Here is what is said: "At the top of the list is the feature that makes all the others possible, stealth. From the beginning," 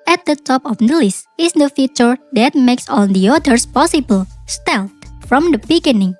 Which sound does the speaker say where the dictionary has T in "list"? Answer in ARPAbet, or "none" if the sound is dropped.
none